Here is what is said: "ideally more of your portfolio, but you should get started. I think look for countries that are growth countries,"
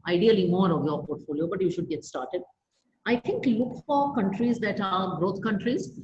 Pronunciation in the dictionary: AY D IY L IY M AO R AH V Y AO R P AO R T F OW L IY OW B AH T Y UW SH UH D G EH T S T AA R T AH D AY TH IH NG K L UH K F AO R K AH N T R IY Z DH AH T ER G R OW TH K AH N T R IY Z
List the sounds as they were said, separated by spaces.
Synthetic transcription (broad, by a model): AY D IY L IY M AO R AH V Y AO R P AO R T F OW L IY OW B AH T Y UW SH UH D G EH T S T AA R T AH D AY T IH NG K L UH K F AO R K AH N T R IY Z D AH T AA G R OW T K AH N T R IY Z